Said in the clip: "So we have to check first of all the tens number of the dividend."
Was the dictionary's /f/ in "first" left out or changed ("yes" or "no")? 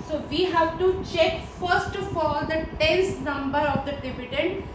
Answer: no